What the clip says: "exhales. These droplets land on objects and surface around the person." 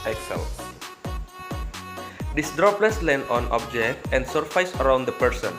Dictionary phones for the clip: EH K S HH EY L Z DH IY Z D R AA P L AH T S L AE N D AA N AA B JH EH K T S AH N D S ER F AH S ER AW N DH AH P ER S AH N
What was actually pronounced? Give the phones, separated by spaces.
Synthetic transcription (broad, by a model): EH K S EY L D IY S D R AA P L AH S L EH N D AA N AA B JH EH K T AH N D S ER F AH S ER AW N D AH P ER S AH N